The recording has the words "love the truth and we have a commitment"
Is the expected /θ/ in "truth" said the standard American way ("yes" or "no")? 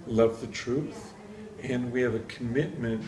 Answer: yes